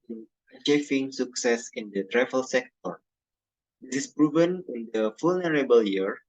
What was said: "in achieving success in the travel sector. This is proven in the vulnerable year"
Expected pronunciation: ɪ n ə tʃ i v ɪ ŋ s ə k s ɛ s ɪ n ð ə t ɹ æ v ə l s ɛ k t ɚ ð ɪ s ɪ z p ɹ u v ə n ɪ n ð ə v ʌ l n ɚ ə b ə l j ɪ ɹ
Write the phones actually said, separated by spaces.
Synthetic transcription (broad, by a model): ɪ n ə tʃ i f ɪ ŋ s ə k s ɛ s ɪ n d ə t ɹ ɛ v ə l s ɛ k t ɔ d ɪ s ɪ s p ɹ u v ə n ɪ n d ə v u l n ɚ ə b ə l j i ɹ